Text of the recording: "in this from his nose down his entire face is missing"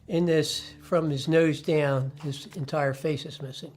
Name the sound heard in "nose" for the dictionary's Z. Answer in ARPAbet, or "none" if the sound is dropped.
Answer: Z